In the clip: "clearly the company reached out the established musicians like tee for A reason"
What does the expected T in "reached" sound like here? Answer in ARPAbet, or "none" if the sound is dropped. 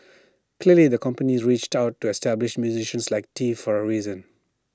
T